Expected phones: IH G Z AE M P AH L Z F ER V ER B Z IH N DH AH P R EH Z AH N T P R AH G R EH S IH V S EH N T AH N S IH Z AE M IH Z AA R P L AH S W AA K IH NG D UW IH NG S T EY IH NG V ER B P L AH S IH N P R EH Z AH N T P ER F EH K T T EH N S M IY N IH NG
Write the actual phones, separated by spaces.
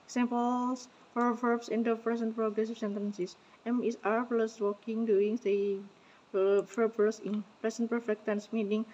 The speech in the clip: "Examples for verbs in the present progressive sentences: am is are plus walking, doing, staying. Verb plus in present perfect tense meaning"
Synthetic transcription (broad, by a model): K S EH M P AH L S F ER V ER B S IH N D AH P R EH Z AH N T P R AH G R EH S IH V S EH N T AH N S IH S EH M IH S AA R P L AH S W AA K IH NG D UW IH NG S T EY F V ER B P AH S IH N P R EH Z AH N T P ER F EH K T T EH N S M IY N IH NG